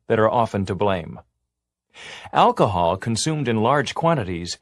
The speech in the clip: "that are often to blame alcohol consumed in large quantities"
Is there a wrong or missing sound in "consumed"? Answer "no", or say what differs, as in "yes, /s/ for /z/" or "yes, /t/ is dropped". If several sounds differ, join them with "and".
no